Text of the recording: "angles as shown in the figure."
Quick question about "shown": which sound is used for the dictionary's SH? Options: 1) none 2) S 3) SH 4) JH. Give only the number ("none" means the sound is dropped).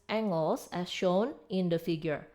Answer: 3